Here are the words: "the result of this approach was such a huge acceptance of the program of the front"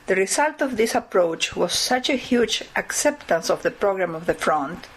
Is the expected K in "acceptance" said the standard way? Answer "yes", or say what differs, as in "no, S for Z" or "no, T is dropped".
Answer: yes